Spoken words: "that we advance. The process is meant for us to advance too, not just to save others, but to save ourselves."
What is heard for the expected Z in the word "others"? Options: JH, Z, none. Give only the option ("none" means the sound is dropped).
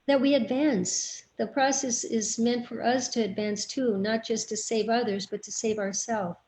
Z